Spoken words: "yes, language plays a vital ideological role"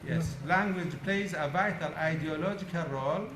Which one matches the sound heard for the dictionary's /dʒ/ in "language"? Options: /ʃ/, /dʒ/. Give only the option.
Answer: /dʒ/